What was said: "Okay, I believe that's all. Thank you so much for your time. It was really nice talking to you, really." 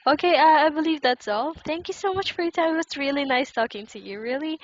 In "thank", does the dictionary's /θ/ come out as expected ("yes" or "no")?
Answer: yes